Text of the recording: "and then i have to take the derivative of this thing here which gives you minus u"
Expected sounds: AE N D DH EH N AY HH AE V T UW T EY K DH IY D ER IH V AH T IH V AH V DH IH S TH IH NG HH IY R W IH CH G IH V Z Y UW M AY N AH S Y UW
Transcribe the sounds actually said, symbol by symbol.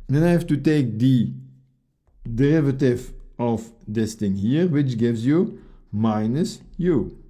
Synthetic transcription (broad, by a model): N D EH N AY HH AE F T UW T EY K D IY D ER IH V AH T IH V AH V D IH S T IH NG HH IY R W IH CH G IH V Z Y UW M AY N AH S Y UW